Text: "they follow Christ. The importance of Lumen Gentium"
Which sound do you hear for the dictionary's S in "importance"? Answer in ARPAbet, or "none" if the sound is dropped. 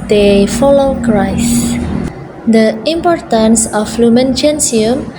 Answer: S